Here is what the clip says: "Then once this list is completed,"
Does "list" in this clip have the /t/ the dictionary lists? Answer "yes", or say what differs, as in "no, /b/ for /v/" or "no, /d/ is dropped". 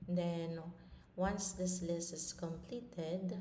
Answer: no, /t/ is dropped